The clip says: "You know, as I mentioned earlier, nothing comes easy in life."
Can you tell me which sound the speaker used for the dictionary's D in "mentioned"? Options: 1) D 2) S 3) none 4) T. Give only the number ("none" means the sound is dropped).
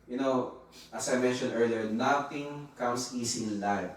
3